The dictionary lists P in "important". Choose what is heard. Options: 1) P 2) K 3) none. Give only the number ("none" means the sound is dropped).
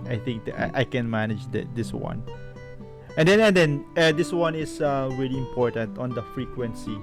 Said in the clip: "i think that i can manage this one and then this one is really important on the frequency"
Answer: 1